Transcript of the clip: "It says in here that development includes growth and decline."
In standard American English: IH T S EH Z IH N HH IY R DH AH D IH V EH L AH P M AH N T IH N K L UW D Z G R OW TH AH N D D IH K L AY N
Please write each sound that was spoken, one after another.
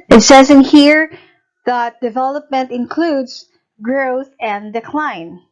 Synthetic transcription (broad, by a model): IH T S EH Z IH N HH IY R DH AH D IH V EH L AH P M AH N T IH N K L UW D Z G R OW TH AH N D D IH K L AY N